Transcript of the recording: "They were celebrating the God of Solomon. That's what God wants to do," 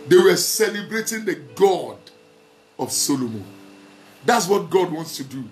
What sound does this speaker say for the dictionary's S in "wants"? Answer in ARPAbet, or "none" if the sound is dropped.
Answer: S